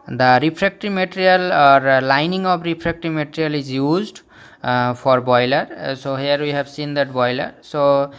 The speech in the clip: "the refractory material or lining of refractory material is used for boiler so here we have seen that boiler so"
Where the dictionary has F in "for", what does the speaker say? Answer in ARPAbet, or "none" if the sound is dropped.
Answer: P